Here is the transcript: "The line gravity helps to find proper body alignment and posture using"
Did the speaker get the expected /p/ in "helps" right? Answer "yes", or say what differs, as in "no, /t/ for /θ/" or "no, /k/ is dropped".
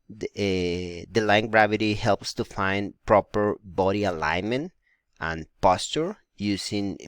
yes